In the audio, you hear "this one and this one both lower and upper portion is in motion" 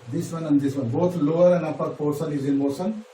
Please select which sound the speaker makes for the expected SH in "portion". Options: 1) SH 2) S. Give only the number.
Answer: 2